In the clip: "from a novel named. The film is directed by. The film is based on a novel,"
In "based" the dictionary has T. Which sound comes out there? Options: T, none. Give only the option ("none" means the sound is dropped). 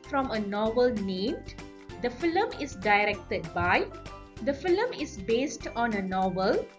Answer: T